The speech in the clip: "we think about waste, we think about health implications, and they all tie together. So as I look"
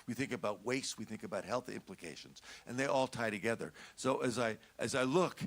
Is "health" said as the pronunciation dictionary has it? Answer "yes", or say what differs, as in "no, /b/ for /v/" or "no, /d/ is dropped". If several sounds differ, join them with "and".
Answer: yes